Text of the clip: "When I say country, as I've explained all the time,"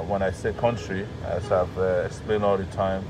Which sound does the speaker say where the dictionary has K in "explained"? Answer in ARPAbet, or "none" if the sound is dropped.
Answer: K